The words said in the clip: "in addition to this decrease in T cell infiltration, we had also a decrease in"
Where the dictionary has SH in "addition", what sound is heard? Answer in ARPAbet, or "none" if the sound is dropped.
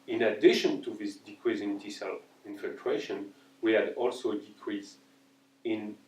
SH